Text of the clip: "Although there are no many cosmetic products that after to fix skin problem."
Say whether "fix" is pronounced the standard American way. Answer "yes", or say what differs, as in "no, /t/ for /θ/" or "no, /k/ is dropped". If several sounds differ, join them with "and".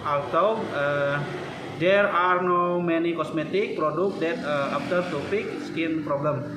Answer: no, /p/ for /f/